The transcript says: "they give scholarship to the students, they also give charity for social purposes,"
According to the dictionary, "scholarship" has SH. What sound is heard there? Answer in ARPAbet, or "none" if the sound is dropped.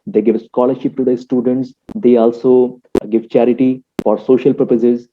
SH